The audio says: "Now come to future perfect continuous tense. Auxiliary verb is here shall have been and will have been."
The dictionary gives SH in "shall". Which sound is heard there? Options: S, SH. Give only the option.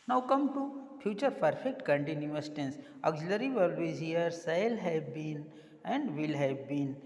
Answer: S